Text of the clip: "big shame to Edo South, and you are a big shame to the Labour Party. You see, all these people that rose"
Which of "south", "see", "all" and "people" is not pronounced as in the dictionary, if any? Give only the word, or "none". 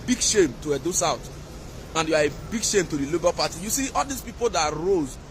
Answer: south